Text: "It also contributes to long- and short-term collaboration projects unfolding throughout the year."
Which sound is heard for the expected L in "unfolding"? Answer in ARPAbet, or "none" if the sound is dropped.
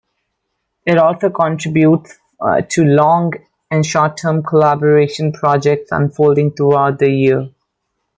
L